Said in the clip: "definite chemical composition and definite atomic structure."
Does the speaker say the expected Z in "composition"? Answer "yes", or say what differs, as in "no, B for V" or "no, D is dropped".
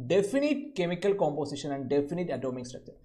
no, S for Z